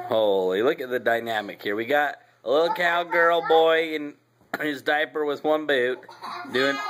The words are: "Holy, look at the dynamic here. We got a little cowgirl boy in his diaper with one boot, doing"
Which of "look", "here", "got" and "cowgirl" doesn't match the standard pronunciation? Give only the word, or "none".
none